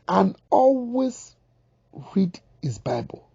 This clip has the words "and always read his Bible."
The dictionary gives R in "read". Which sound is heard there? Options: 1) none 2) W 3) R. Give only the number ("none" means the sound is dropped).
3